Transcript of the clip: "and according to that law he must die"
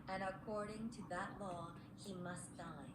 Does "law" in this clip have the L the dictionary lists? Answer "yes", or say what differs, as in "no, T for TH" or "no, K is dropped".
yes